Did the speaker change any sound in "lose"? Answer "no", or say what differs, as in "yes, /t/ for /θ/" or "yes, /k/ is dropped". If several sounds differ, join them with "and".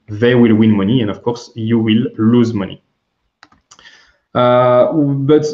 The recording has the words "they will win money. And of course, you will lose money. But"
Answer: no